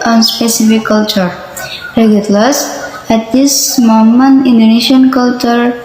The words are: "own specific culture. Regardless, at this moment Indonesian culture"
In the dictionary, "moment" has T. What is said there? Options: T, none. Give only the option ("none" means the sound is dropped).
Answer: none